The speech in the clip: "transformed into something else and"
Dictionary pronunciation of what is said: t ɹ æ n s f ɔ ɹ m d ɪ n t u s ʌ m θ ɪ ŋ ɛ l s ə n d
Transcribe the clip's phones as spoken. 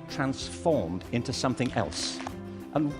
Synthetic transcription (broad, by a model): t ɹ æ n s f ɔ ɹ m d ɪ n t u s ʌ m θ ɪ ŋ ɛ l s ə n